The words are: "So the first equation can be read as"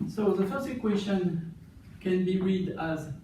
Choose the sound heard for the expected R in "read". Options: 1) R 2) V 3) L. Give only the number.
1